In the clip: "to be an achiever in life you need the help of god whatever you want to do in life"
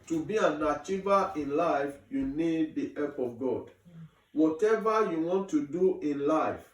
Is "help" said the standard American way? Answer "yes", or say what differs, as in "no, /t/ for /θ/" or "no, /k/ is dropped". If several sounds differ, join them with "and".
no, /l/ is dropped